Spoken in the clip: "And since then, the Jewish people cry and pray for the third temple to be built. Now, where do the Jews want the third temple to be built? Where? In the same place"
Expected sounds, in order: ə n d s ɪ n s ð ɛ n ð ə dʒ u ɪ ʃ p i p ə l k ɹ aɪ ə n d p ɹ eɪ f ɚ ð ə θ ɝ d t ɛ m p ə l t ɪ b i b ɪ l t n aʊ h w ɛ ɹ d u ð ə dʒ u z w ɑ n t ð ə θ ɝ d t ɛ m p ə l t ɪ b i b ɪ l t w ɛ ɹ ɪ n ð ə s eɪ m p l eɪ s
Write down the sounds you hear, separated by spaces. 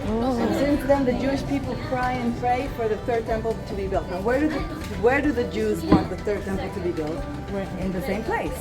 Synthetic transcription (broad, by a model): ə n s ɪ n s ð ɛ n ð ə dʒ u ɪ ʃ p i p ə l k ɹ aɪ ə n p ɹ eɪ f ɚ ð ə θ ɝ d t ɛ m p l t ɪ b i b ɪ l t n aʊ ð w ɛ ɹ d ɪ ð ə dʒ u z w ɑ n ð ə θ ɝ d t ɛ m p l t ɪ b i b ɪ l t ɪ n ð ə s eɪ m p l eɪ s